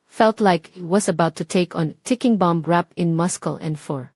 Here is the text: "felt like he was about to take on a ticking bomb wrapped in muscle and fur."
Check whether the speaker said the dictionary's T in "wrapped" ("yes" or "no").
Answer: no